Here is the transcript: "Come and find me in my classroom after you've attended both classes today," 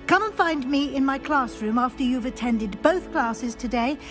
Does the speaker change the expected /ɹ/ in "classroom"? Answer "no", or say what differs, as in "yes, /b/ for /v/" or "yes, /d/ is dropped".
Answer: no